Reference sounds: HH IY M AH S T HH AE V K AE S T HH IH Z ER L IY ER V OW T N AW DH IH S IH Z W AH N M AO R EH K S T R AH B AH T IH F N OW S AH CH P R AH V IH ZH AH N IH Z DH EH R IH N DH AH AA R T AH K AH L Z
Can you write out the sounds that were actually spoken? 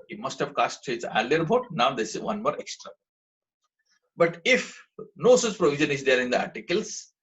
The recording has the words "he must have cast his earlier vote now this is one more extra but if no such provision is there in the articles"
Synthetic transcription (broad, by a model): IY M AH S T HH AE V K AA S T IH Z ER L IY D B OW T N AW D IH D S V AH N M AO R EH K S T R AH B AH T IH F N OW S AH CH P R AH V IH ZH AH N IH Z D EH R IH N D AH AA R T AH K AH L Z